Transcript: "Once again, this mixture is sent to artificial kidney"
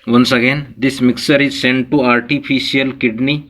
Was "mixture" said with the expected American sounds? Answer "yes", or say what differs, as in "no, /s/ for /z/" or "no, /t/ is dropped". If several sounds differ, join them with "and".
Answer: no, /tʃ/ is dropped